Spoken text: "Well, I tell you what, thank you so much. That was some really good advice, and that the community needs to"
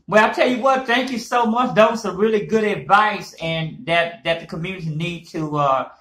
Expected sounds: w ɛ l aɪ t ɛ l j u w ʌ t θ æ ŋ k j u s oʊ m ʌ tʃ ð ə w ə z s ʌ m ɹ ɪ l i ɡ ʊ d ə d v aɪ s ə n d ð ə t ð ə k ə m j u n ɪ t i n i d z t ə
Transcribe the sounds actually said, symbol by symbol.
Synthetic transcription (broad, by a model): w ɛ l aɪ t ɛ l j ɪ w ʌ t θ æ ŋ k j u s oʊ m ʌ tʃ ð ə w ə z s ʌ ɹ ɪ l i ɡ ʊ d ə d v aɪ s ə n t ð ə t ð ə k ə m j u n ɪ t i n i d t ə